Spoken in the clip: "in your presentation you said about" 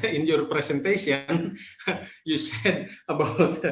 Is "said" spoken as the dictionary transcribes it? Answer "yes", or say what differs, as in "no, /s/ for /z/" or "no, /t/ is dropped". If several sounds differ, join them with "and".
yes